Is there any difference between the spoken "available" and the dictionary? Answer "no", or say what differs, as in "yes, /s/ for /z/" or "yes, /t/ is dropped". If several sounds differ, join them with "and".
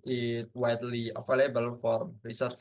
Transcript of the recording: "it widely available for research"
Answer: yes, /f/ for /v/